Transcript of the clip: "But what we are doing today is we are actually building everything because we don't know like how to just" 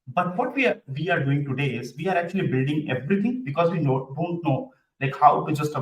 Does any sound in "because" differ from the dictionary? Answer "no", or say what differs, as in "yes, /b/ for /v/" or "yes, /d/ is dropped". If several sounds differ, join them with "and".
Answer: no